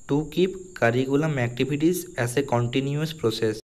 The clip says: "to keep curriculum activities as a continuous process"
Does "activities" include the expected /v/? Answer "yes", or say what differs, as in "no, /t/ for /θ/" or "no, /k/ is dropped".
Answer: no, /b/ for /v/